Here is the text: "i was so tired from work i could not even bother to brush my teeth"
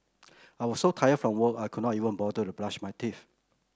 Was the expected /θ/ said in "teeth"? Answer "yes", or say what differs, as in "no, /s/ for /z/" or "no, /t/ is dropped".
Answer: no, /f/ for /θ/